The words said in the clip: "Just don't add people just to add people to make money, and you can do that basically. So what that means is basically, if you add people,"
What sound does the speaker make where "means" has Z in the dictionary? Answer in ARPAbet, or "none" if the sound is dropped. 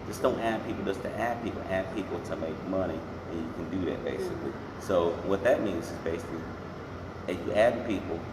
Z